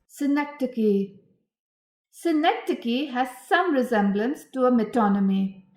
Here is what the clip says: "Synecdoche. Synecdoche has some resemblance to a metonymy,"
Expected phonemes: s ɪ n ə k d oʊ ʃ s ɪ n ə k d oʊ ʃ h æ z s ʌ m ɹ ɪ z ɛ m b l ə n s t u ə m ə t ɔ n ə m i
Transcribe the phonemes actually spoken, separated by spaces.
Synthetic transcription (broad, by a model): s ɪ n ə k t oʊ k s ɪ n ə k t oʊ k h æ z s ʌ m ɹ ɪ z ɛ m b l ə n s t u ə m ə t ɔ n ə m i